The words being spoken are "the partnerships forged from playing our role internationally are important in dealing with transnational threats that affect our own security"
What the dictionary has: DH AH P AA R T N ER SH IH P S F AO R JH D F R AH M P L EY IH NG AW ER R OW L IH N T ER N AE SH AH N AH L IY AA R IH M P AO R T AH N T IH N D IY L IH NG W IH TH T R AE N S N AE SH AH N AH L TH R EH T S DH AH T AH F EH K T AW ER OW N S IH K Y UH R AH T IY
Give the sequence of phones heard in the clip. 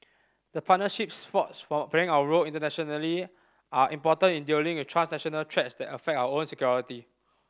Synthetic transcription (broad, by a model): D AH P AA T N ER SH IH P S F AO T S F R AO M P EY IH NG AW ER R OW L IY N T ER N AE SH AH N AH L IY AA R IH M P AO T AH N IH N D IY L IH NG W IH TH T R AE N S N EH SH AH N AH L T R EH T S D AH T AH F EH K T AW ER OW N S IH K Y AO R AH T IY